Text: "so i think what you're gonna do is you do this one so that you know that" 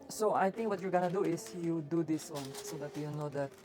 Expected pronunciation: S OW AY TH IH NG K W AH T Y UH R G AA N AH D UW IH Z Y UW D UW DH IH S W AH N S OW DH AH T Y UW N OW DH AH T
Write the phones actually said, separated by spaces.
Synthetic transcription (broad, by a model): S OW AY T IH NG K W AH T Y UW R G AA N AH D UW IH S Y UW D UW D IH S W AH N S OW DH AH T Y UW N OW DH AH T